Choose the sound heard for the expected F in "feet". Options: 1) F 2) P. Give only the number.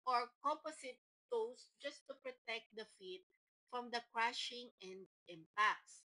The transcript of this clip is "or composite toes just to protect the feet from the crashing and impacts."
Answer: 1